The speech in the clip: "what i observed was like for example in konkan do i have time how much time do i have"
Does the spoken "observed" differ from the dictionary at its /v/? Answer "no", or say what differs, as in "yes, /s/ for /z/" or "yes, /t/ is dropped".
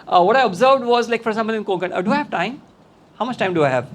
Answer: no